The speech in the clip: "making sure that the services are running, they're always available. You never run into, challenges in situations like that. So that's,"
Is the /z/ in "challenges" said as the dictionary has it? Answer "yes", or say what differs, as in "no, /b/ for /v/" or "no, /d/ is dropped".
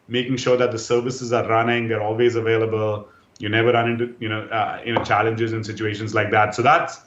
yes